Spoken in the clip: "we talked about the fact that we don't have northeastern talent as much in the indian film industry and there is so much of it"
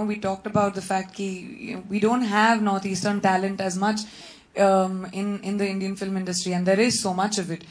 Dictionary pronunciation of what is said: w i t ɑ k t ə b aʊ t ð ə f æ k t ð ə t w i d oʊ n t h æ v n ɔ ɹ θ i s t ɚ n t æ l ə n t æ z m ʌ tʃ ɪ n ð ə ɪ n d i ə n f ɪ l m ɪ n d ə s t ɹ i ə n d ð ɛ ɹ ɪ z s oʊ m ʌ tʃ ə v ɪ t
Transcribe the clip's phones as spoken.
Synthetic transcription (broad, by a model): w i t ɑ k t ə b aʊ t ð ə f æ k t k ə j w i d oʊ n t h æ v n ɔ ɹ t i s t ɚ n t æ l ə n t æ z m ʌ tʃ ɪ n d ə ɪ n d i ə n f ɪ l m ɪ n d ə s t ɹ i ə n d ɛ ɹ ɪ z s oʊ m ʌ tʃ ə v ɪ t